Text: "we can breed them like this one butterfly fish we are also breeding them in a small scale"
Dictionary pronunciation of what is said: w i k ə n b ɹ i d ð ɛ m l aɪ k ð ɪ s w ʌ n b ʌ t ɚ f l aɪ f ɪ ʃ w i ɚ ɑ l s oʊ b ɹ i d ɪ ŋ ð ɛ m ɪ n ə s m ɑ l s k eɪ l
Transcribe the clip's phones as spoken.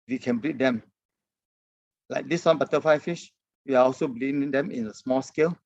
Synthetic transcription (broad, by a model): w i k ə n b ɹ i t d ɛ m l aɪ k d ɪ s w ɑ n b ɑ t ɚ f aɪ f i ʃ w i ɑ ɑ l s oʊ b l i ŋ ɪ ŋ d ɛ m ɪ n ə s m ɑ l s k eɪ l